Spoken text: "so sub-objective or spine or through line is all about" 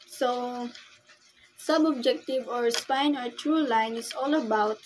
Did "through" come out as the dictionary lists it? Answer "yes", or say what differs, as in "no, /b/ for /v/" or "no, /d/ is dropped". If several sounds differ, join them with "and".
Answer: no, /t/ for /θ/